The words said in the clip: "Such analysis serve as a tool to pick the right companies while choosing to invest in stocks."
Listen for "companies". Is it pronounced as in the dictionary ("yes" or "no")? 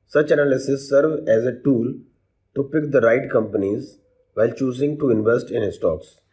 yes